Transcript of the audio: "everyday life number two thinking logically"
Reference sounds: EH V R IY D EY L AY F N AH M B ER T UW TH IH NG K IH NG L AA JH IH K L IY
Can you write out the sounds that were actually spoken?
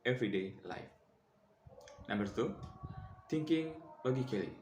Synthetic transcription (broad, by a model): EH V R IY D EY L AY F N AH M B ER T UW T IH NG K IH NG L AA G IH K L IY